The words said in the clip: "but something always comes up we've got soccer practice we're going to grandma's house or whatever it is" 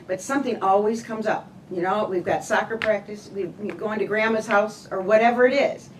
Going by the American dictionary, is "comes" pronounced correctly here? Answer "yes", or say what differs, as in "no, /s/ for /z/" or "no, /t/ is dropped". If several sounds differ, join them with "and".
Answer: yes